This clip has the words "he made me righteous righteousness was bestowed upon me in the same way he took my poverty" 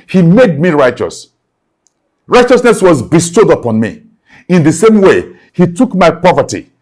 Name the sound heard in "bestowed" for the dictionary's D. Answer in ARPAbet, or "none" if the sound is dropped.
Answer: D